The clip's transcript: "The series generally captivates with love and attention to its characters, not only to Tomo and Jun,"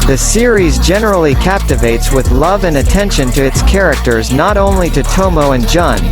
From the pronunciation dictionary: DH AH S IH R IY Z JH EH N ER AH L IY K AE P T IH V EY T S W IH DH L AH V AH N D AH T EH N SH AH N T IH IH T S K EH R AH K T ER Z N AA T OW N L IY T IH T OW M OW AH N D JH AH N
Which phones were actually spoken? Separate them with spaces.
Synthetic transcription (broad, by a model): DH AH S IH R IY Z JH EH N ER L IY K AE P T IH V EY T S W IH DH L AH V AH N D AH T EH N SH AH N T IH IH T S K EH R AH K T ER Z N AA T OW N L IY T IH T OW M OW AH N JH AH N